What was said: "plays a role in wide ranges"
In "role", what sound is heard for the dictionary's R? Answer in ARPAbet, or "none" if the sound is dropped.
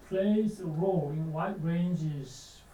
R